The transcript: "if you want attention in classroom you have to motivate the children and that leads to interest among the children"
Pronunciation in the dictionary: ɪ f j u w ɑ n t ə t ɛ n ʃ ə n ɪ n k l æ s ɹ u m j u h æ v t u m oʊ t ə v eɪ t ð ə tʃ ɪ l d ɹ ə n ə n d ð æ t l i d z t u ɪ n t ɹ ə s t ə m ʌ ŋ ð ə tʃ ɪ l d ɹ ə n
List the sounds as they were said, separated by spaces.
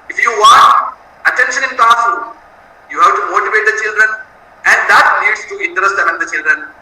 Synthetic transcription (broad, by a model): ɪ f j u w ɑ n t ə t ɛ n ʃ ə n ɪ n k ɑ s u j u h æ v t u m oʊ t ə v eɪ t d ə tʃ ɪ l d ɹ ə n ə n d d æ t n i d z t u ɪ n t ɹ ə s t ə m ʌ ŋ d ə tʃ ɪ l d ɹ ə n